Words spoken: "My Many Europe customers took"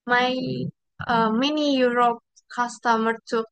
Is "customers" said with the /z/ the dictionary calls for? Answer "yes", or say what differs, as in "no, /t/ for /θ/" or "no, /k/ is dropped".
no, /z/ is dropped